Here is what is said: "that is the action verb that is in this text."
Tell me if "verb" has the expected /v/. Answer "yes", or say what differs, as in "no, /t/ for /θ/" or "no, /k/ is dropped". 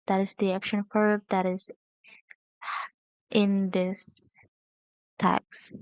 no, /f/ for /v/